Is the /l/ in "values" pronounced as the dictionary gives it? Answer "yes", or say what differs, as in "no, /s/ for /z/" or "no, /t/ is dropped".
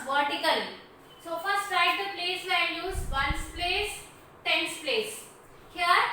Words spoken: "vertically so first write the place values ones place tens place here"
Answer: no, /n/ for /l/